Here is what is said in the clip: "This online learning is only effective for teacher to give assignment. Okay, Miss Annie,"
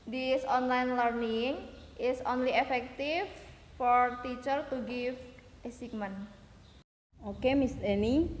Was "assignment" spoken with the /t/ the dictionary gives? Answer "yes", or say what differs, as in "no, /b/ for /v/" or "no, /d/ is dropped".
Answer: no, /t/ is dropped